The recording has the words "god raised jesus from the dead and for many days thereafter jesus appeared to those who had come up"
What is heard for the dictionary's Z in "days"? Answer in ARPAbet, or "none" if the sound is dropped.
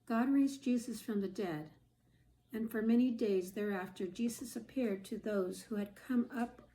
Z